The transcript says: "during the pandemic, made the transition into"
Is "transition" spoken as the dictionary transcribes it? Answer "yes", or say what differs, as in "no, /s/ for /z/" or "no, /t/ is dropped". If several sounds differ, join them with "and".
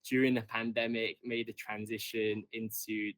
yes